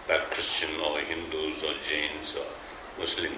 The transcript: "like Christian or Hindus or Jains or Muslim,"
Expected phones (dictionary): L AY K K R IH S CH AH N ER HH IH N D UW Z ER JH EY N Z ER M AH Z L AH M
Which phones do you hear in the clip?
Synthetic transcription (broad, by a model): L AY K K R IH S CH AH N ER HH IH N D UW Z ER JH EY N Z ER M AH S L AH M